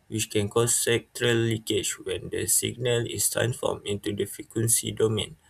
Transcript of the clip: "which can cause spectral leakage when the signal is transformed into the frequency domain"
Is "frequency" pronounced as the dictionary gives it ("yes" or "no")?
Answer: no